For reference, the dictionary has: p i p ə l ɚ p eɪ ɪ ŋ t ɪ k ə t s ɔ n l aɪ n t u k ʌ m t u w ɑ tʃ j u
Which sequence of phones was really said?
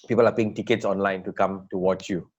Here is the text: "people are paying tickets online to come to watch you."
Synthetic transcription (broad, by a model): p i p ə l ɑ p eɪ ɪ ŋ t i k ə t s ɔ n l aɪ n t u k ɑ m t u w ɑ tʃ j u